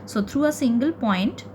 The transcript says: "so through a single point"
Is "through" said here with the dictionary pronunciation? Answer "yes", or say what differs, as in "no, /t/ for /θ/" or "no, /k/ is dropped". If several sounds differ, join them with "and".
no, /t/ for /θ/